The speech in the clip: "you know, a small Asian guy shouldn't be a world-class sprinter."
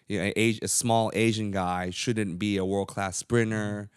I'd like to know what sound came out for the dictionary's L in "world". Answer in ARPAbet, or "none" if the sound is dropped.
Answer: L